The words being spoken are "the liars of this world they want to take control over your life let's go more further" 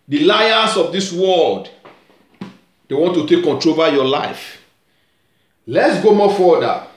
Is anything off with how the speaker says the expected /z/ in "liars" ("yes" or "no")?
yes